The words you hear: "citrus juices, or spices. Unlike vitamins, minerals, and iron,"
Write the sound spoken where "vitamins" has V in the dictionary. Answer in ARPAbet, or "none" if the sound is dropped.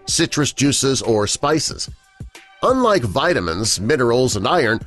V